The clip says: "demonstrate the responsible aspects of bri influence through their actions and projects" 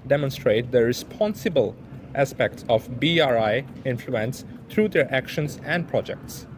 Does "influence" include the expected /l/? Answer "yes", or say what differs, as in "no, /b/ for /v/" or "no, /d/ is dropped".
yes